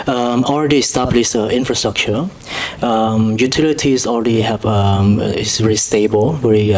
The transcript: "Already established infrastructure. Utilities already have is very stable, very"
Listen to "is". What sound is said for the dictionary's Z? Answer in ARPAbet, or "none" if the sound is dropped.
S